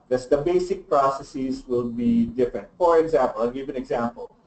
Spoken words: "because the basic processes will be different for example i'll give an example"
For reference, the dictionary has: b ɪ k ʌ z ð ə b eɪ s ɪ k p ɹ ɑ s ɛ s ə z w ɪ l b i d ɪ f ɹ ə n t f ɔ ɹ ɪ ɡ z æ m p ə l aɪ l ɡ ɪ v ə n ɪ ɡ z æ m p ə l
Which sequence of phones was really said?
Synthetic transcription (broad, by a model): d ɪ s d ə b eɪ s ɪ k p ɹ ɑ s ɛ s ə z w ɪ l b i d ɪ f ɹ ə n t f ɔ ɹ ɪ ɡ z æ m p ə l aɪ ɡ ɪ v ə n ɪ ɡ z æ m p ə l